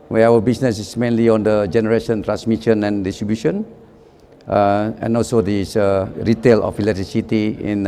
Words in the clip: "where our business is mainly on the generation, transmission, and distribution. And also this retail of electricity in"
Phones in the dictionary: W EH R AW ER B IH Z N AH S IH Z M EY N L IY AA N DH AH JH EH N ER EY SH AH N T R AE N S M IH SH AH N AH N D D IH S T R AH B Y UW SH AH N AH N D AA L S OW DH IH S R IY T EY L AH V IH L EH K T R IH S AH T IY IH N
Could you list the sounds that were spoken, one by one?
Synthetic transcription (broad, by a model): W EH AW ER B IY S N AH S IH S M EY N L IY AA N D AH JH EH N ER EY SH AH N T R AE N S M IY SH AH N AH N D D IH S T R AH B Y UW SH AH N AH N AA L S OW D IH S R IY T EY L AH F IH L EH T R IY S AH T IY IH N